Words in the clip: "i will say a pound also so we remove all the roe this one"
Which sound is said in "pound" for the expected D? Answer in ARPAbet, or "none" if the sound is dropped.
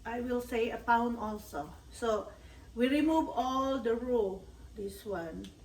none